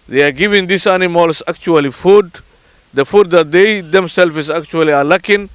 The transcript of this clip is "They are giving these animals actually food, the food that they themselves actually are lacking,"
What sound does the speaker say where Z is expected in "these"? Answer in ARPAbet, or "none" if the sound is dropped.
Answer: S